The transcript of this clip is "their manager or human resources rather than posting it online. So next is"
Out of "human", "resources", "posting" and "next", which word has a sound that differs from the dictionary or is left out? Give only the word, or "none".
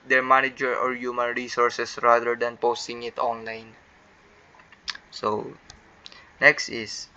resources